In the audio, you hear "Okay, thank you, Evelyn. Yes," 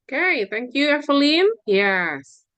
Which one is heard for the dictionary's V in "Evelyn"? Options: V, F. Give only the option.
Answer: F